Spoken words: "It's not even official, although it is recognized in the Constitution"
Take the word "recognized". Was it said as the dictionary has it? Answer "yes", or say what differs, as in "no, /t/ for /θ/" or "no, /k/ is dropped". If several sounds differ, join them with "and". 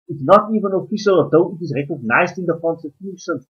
yes